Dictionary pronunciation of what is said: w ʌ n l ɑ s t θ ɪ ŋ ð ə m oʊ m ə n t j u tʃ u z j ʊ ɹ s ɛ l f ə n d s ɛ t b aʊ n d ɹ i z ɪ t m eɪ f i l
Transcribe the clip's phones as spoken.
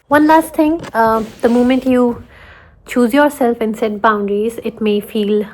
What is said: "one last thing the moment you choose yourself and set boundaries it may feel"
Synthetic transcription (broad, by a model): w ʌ n l ɑ s t t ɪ ŋ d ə m oʊ m ə n t j u tʃ u z j ʊ ɹ s ɛ l f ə n s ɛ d b aʊ n d ɹ i z ɪ t m eɪ f i l